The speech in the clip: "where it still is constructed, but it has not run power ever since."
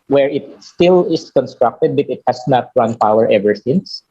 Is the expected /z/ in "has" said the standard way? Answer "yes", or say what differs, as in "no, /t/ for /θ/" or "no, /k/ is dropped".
no, /s/ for /z/